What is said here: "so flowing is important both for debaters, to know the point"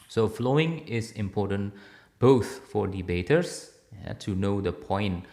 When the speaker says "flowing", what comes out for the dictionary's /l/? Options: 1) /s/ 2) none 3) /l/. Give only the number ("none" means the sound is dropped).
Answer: 3